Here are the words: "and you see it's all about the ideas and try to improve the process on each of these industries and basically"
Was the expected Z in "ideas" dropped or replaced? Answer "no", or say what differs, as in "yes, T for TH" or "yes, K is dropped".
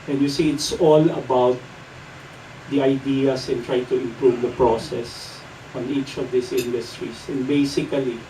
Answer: yes, S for Z